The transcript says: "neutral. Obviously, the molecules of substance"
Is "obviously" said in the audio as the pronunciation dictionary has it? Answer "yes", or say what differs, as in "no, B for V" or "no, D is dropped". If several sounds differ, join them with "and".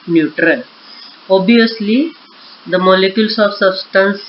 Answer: no, V is dropped